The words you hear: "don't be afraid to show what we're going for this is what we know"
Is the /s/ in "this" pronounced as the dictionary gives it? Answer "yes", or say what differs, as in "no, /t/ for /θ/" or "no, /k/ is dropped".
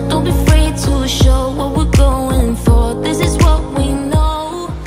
yes